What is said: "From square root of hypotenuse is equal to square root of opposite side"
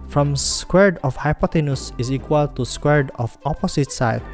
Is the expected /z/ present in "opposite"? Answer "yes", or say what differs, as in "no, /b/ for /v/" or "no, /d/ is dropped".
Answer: no, /s/ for /z/